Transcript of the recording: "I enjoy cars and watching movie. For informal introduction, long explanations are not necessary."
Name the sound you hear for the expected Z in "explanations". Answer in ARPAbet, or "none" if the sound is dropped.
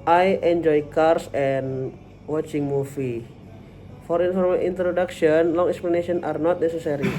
none